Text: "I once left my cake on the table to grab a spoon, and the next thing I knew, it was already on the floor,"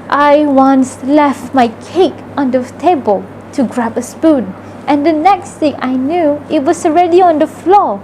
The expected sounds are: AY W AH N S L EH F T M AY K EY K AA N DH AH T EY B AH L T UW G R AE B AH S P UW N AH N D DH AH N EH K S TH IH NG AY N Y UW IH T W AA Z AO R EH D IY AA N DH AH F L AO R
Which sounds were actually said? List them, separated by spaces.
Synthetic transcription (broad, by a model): AY W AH N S L EH F T M AY K EY K AA N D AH T EY B AH L T UW G R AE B AH S P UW N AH N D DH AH N EH K S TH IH NG AY N Y UW IH T W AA S AO R EH D IY AA N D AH F L AO